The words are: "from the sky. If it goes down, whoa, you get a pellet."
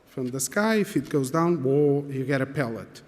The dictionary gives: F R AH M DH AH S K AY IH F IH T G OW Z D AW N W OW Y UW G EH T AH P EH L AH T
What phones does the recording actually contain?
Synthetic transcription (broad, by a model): F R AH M DH AH S K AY IH F IH T G OW Z D AW N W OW Y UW G EH T AH P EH L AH T